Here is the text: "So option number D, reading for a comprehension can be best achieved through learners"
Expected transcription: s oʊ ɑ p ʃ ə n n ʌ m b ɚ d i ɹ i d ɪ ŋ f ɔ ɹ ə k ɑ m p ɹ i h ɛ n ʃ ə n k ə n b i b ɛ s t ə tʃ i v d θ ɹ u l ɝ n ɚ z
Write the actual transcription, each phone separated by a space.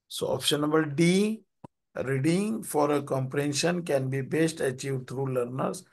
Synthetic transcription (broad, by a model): s oʊ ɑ p ʃ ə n n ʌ b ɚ d i ɹ i d ɪ ŋ f ɔ ɹ ə k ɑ m p ɹ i h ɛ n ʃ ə n k ə n b i b ɛ s t ə tʃ i v d t ɹ u l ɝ n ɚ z